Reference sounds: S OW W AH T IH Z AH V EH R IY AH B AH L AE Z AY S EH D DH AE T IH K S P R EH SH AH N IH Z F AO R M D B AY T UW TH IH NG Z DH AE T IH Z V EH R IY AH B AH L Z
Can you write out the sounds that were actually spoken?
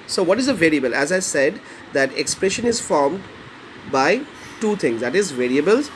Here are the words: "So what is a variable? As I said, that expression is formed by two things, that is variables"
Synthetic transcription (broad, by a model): S OW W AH T IH Z AH V EH R IY AH B AH L AE Z AY S EH D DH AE T IH K S P R EH SH AH N IH Z F AO R M D B AY T UW T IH NG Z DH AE T IH Z V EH R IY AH B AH L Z